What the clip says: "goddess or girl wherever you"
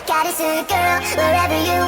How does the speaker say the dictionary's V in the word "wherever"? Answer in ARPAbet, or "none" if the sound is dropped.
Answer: V